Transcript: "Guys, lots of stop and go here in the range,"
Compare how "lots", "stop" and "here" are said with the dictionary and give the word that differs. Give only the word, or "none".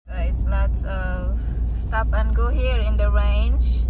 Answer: lots